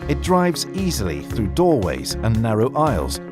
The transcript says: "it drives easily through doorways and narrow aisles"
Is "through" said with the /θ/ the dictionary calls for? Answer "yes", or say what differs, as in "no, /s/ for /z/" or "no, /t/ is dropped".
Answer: yes